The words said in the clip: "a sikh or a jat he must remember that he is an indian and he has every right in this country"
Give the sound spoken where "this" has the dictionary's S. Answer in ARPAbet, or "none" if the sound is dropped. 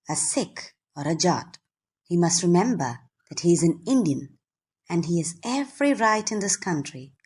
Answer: S